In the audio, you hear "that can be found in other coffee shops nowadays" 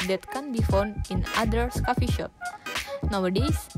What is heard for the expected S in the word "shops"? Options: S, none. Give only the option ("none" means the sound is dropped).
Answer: none